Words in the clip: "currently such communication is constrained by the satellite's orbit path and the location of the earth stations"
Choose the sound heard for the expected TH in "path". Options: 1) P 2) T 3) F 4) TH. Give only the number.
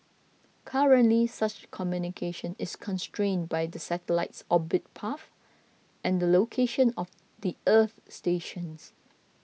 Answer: 3